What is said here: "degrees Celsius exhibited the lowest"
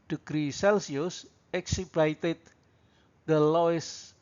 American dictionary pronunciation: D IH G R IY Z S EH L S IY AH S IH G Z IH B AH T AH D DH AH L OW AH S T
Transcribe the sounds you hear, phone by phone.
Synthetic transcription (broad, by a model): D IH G R IY S EH L S IY AH S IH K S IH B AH T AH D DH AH L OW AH S